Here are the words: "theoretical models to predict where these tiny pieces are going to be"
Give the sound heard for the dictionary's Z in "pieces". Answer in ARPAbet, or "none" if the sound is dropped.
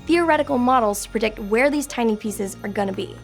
Z